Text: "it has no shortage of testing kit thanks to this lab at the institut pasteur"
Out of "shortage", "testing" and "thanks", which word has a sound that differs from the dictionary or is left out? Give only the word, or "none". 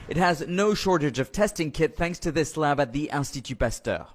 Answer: none